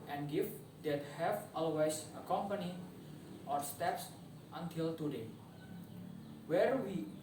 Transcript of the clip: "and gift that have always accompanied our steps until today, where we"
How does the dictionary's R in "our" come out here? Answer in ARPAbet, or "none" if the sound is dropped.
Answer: R